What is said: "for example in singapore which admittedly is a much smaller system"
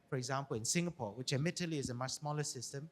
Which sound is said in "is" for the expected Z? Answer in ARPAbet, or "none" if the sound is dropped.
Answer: Z